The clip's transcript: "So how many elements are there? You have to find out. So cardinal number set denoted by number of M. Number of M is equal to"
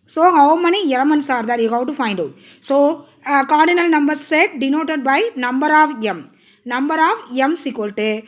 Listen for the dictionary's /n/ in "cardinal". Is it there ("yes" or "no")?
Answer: yes